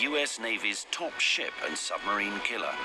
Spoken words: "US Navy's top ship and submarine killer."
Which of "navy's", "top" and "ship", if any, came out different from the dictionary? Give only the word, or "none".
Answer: none